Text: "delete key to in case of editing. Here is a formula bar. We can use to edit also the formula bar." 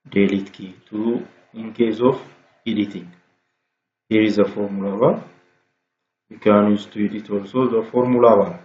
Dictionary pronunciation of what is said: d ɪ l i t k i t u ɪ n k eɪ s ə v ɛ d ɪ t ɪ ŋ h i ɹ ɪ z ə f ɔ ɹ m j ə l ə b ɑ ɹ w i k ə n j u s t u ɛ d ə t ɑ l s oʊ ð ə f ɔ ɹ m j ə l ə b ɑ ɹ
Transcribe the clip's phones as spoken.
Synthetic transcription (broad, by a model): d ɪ l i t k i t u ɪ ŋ k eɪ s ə f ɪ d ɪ t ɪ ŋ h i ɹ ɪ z ə f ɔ ɹ m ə l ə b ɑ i k ə n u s t u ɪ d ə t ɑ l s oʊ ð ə f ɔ ɹ m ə l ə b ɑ